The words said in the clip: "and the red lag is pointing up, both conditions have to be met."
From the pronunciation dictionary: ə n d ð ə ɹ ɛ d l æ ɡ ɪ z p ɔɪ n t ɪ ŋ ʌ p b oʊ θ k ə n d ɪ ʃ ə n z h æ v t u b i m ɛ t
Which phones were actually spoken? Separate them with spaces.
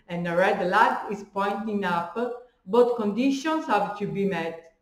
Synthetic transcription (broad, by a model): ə n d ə ɹ ɛ d l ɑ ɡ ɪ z p ɔɪ n t ɪ ŋ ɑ p b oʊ t k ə n d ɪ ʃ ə n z h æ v t u b i m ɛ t